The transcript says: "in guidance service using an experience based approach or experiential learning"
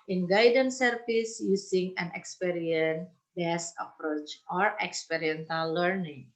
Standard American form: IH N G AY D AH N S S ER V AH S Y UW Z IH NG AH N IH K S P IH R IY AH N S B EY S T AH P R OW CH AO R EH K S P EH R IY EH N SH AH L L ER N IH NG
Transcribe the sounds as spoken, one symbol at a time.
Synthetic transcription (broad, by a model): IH N G AY D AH N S S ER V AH S Y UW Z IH NG AH N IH K S P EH R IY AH N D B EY S AH P R OW CH AO R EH K S P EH R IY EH N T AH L L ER N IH NG